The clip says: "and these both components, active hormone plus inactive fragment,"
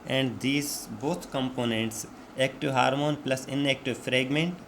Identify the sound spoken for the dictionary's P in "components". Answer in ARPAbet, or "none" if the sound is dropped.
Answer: P